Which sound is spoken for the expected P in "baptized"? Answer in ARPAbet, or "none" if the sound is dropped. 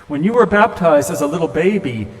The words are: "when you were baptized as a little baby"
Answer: P